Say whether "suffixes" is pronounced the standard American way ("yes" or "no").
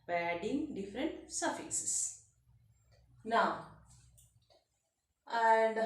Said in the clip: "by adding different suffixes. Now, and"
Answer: no